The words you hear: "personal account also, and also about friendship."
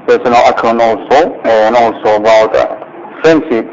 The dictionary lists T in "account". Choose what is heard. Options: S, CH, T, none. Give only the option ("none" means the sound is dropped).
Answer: none